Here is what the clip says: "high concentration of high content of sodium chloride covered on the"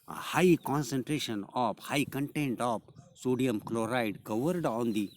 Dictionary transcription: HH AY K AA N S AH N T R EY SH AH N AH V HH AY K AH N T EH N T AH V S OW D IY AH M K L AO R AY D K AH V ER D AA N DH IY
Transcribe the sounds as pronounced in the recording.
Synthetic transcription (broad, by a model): HH AY K AA N S AH N T R EY SH AH N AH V HH AY K AH N T EH N T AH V S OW D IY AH M K L AO R AY D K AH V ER D AA N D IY